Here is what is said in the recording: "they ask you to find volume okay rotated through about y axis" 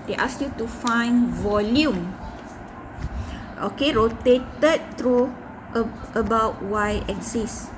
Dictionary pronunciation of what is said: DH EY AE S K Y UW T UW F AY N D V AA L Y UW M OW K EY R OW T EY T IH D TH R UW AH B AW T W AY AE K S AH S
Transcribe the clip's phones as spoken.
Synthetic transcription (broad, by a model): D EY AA S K Y UW T UW F AY N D V AA L Y UW M OW K EY R OW T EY T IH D T R UW AH B AW T W AY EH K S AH S